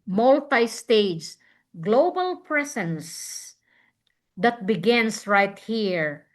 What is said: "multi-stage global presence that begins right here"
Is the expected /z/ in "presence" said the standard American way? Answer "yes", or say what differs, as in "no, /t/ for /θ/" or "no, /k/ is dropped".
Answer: no, /s/ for /z/